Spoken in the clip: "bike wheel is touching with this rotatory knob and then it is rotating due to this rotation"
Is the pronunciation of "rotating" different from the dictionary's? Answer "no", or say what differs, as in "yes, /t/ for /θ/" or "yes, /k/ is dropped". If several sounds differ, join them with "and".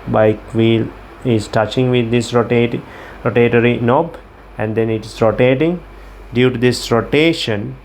no